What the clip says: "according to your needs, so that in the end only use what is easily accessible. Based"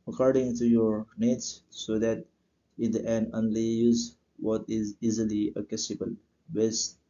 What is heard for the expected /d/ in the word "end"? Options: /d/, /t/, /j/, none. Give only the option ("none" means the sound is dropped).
none